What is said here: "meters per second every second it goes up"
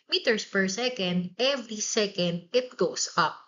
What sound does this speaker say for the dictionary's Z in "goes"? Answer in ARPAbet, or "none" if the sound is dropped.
S